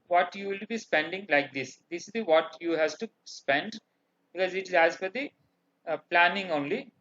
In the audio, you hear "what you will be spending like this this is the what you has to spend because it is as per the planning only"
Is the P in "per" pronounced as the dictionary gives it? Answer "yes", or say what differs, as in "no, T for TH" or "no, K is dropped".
no, F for P